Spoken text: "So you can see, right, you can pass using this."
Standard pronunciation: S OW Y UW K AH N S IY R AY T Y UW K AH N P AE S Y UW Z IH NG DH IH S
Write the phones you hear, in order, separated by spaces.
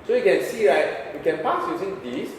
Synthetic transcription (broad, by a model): S OW Y UW K AH N S IY R AY T Y UW K AH N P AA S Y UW S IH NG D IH S